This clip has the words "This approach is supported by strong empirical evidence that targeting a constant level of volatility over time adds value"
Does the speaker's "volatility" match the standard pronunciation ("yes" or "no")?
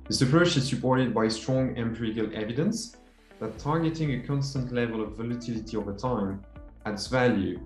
yes